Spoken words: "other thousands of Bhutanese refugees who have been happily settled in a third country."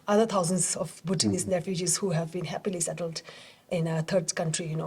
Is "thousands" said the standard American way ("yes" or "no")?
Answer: no